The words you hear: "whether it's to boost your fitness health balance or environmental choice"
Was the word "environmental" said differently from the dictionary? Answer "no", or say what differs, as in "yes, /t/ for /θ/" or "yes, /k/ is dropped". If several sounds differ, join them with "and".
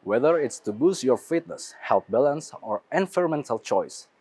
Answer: yes, /f/ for /v/